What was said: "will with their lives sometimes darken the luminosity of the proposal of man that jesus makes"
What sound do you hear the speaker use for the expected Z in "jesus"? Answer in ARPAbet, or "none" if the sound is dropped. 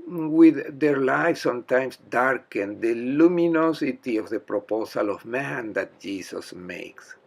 S